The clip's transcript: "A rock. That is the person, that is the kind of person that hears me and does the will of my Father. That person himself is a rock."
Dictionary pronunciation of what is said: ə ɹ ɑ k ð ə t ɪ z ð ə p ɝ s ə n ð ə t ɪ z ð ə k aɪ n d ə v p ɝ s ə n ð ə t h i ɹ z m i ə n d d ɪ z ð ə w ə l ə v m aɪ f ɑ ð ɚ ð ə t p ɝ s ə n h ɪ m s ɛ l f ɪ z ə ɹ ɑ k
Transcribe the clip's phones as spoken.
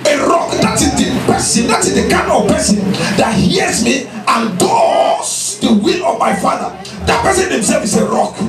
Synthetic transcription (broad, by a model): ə ɹ ɑ k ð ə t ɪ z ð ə p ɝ s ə n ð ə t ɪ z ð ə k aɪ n ə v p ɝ s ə n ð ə t h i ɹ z m i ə n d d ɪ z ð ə w ə l ə v m aɪ f ɑ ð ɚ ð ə t p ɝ s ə n h ɪ m s ɛ l f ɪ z ə ɹ ɑ k